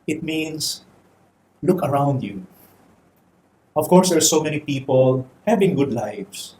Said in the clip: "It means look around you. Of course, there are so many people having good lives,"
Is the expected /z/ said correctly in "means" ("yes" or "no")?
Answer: no